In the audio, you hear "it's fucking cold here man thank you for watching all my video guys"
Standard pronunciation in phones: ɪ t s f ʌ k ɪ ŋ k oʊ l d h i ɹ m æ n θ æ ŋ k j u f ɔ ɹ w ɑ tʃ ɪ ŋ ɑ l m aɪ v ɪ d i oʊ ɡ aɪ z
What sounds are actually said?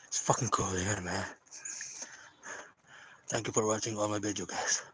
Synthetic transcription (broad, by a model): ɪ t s f ʌ k ɪ ŋ k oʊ l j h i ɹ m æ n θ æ ŋ k j u f ɔ ɹ w ɑ tʃ ɪ ŋ ɑ l m aɪ b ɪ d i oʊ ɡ aɪ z